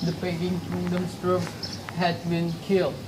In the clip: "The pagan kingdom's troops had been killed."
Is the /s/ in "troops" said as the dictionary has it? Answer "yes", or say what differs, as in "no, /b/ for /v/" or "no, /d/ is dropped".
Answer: no, /s/ is dropped